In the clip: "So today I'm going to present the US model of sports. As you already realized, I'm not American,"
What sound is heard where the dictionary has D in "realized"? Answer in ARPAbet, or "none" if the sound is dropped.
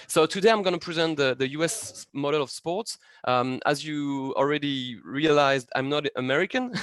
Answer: D